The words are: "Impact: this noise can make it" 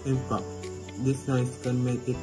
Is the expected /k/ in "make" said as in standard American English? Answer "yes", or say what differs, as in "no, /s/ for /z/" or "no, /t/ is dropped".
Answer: no, /k/ is dropped